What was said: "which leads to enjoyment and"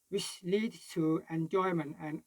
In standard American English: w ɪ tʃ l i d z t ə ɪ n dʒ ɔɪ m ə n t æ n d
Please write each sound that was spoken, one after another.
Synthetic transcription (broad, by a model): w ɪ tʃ l i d t ə ɪ n dʒ ɔɪ m ə n t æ n